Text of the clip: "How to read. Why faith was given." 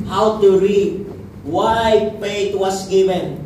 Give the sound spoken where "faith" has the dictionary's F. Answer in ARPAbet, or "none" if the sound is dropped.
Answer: P